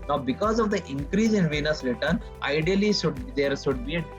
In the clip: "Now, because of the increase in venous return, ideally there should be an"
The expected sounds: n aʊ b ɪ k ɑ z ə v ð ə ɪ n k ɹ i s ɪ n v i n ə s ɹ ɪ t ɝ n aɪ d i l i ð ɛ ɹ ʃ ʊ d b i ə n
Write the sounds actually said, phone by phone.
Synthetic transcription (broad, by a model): n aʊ b ɪ k ɑ z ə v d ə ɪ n k ɹ i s ɪ n v i n ə s ɹ ɪ t ɝ n aɪ d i l i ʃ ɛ ɹ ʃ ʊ d b i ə